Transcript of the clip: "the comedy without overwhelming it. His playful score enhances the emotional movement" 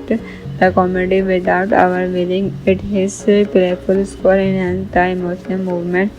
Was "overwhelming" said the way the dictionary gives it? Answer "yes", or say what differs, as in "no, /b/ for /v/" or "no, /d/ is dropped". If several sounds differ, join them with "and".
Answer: no, /m/ is dropped